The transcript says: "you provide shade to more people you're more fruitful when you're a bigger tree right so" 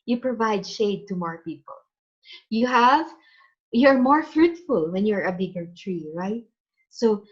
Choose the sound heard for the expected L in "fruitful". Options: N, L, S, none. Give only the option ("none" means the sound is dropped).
L